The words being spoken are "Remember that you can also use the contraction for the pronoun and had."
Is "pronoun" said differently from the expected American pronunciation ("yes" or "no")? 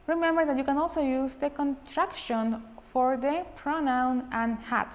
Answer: no